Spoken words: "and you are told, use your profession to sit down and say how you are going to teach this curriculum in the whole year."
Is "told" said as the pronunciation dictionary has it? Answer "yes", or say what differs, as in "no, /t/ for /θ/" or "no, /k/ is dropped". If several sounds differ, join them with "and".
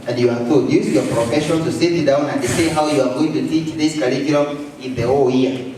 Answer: no, /l/ is dropped